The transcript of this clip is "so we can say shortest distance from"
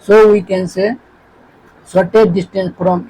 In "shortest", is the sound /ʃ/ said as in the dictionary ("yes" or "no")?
no